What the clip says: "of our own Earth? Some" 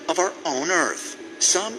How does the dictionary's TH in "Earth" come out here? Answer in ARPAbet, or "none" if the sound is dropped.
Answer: TH